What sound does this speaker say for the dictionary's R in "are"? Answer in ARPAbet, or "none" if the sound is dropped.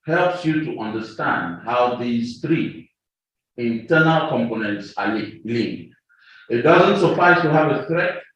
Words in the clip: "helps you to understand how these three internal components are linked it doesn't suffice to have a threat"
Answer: L